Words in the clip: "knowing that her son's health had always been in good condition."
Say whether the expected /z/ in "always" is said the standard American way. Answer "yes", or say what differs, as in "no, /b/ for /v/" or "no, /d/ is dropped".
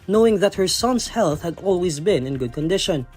yes